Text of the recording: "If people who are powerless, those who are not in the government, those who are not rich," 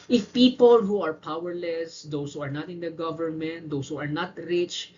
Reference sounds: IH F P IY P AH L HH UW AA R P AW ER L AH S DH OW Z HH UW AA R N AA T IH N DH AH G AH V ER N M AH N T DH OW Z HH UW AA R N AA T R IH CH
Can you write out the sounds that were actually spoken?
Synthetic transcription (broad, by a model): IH F P IY P AH L HH UW AA R P AW ER L AH S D OW S HH UW AA R N AA T IH N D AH G AH V ER N M AH N T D OW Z HH UW AA R N AA T R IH CH